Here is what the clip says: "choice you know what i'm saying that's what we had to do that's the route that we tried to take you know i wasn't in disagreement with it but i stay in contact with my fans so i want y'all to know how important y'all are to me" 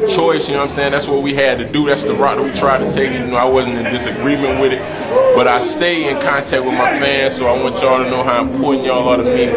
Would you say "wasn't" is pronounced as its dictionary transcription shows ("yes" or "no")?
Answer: yes